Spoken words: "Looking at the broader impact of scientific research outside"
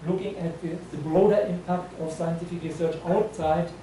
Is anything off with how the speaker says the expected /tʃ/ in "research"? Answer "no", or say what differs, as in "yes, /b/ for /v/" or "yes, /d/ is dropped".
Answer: no